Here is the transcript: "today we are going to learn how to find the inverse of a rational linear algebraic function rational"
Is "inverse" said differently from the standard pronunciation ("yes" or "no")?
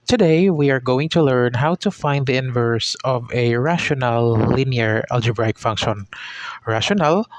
no